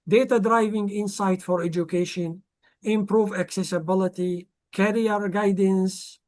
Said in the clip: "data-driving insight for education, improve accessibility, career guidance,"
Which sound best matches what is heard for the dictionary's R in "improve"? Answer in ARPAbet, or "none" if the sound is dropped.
R